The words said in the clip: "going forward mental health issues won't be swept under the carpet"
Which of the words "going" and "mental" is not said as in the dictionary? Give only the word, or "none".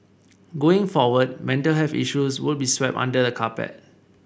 none